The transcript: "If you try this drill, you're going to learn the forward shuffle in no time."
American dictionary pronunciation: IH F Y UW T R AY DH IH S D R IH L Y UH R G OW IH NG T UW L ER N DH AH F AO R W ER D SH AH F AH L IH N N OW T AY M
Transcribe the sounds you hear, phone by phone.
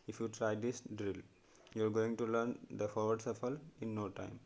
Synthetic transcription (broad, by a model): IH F Y UW T R AY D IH S D R IH L Y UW R G OW IH NG T UW L ER N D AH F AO R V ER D S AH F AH L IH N N OW T AY M